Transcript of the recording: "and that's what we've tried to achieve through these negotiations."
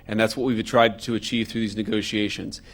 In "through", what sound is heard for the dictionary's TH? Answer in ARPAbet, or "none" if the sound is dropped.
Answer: TH